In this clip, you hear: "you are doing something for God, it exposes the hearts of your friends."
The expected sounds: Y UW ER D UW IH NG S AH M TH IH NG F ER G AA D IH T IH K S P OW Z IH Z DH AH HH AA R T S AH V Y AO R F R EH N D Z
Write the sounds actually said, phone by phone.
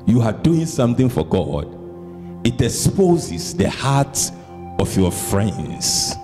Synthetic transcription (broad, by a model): Y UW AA D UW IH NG S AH M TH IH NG F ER G AA D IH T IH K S P OW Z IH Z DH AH HH AA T AH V Y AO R F R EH N D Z